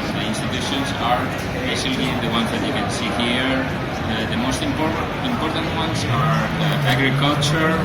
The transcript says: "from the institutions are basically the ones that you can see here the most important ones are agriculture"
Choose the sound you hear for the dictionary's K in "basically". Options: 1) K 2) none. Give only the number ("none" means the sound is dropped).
2